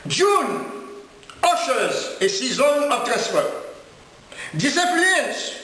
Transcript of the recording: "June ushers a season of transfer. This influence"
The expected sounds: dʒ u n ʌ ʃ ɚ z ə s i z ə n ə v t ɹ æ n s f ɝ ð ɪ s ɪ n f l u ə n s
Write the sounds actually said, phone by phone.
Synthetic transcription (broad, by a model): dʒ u n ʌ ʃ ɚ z ə s i z ə n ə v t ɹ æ s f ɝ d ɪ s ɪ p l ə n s